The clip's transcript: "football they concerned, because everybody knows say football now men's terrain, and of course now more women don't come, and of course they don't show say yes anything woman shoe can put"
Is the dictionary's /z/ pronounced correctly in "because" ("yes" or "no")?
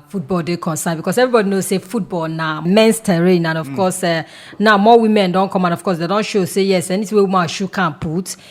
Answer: no